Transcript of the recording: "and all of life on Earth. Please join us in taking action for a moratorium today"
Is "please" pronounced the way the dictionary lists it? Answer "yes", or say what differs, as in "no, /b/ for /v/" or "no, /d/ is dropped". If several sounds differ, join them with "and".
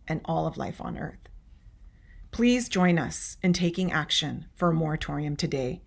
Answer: yes